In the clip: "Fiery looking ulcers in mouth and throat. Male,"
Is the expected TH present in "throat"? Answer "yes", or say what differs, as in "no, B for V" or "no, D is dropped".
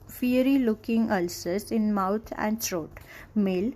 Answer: no, S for TH